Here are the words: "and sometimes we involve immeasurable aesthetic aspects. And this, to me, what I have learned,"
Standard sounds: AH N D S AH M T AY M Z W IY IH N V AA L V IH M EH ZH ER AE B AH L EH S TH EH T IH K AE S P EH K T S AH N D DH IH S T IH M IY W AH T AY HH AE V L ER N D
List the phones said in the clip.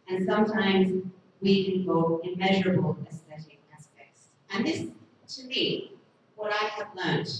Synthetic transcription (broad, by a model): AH N S AH M T AY M Z W IY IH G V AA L IH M EH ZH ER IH B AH L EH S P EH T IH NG AE S P EH K T S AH N DH IH S T IH M IY W AH T AY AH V L ER N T